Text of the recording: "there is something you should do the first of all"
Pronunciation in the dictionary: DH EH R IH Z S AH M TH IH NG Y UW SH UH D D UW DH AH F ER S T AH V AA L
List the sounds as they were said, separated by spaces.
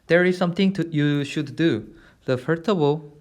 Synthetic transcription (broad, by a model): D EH R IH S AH M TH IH NG Y UW SH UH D D UW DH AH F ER T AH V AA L